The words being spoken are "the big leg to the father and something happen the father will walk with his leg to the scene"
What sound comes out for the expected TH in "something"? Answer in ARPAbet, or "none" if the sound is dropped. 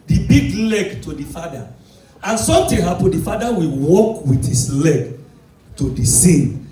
T